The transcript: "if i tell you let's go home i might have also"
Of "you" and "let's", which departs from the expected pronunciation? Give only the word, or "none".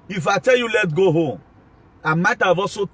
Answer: let's